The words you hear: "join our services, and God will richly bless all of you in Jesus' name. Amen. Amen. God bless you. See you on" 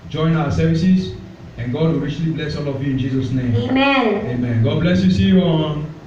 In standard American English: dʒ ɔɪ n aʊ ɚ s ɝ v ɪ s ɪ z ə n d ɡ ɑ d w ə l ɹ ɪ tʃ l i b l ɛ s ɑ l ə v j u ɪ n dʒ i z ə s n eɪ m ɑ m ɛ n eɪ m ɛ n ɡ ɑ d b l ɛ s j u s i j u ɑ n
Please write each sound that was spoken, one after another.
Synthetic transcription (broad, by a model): dʒ ɔɪ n aʊ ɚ s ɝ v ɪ s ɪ s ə n ɡ ɑ d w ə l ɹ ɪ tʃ l i b l ɛ s ɑ l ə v j u ɪ n dʒ i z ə s n eɪ m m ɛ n eɪ m ɛ n ɡ ɑ d b l ɛ s j u s i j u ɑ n